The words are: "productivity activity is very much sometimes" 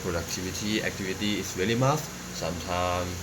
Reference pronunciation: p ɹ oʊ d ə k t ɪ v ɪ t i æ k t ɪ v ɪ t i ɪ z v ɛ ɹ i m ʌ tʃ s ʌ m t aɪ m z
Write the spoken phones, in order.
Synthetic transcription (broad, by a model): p ɹ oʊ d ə k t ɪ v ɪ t i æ k t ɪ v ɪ t i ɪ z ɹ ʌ l i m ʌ s s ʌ m t aɪ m